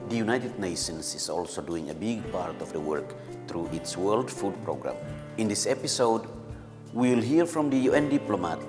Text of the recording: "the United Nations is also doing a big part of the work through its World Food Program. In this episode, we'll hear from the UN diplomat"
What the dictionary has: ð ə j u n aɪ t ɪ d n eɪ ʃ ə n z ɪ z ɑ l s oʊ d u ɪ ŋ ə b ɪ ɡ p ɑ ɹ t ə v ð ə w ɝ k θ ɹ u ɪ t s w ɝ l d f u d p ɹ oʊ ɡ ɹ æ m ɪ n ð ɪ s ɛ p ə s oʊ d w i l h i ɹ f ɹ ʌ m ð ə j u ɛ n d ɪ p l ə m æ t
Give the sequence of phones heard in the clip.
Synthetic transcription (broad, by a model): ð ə j u n aɪ t ɪ d n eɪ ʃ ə n s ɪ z ɑ l s oʊ d u ɪ ŋ ə b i ɡ p ɑ ɹ t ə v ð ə w ɝ k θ ɹ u ɪ t s w ɝ l d f u d p ɹ oʊ ɡ ɹ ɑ m ɪ n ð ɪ s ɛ p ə s oʊ d w i l h i ɹ f ɹ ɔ m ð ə j u ɛ n d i p l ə m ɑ t